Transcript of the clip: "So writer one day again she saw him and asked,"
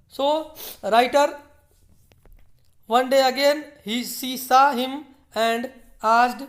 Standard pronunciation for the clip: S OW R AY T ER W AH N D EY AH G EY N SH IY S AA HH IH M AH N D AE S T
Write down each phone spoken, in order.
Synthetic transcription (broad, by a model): S OW R AY T ER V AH N D EY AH G EY N S IY S AA HH IH M AH N D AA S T